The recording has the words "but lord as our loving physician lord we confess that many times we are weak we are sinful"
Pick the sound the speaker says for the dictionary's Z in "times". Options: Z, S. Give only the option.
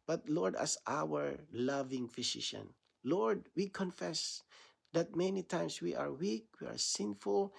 S